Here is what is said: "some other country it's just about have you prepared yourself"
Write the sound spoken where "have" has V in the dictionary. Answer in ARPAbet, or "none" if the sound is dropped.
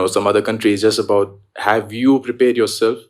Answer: V